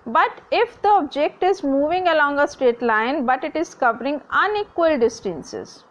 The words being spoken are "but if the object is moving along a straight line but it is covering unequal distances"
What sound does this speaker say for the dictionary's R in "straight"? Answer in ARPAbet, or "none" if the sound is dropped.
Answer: none